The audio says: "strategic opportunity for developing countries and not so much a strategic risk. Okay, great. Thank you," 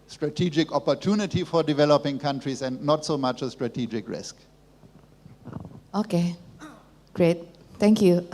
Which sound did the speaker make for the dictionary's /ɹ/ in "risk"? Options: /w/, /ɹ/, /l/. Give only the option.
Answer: /ɹ/